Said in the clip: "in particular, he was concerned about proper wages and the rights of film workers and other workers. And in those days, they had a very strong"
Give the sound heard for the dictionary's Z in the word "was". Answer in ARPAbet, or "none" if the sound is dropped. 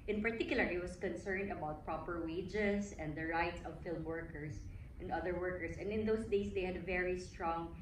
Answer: S